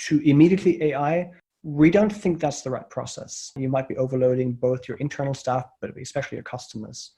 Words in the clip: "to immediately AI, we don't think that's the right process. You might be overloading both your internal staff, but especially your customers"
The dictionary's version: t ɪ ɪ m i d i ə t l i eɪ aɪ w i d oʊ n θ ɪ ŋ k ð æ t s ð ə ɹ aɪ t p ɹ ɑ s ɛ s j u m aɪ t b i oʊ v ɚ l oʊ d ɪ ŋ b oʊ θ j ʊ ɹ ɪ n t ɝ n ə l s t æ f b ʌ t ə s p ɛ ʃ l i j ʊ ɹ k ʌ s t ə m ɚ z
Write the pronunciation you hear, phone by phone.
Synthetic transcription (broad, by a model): t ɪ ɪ m i d i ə t l i eɪ aɪ w i d oʊ n θ ɪ ŋ k ð æ t s ð ə ɹ aɪ t p ɹ ɑ s ɛ s j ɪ m aɪ t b i oʊ v ɚ l oʊ d ɪ ŋ b oʊ θ j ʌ ɹ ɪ n t ɝ n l s t æ f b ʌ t ə s p ɛ ʃ l i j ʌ ɹ k ʌ s t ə m ɚ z